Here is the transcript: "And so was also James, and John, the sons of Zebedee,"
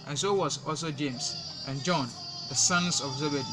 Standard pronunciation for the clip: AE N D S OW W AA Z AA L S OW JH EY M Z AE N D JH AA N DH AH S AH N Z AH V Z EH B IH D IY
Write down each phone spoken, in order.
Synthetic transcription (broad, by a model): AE N S OW W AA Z AA L S OW JH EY M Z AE N JH AA N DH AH S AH N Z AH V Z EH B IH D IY